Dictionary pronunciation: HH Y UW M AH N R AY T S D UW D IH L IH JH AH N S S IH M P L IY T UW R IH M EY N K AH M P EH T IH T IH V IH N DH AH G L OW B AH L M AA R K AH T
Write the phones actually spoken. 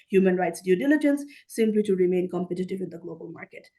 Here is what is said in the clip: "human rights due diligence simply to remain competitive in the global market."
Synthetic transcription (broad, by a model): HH Y UW M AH N R AY T S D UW D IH L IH JH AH N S S IH M P L IY T UW R IH M EY N K AH M P EH T IH T IH V IH N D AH G L OW B AH L M AA R K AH T